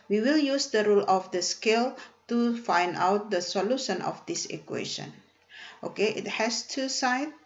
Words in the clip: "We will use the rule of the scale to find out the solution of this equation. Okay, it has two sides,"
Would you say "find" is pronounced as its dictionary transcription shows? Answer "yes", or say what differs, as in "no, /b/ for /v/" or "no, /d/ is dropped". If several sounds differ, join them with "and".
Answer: yes